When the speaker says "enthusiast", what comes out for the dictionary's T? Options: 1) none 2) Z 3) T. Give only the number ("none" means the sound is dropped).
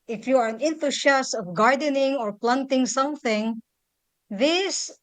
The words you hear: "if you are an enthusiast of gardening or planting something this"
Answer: 1